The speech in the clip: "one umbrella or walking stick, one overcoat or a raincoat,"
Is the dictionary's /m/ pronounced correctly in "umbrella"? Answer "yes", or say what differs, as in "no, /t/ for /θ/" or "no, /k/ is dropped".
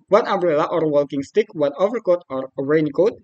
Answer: no, /m/ is dropped